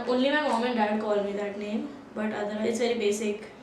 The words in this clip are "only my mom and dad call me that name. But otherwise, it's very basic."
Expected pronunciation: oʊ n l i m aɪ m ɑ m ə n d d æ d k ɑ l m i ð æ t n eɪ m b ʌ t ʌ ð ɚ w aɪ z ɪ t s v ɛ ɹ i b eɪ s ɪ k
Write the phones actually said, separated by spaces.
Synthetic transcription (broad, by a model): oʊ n l i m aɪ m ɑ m ə n d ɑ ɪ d k ɑ l m i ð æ t n eɪ m b ʌ t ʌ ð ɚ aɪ ɪ t s v ɛ ɹ i b eɪ s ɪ k